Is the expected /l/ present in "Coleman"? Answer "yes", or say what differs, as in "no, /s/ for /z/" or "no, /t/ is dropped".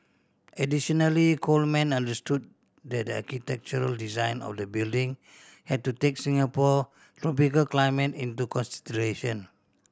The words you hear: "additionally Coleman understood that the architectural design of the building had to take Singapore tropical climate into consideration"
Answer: yes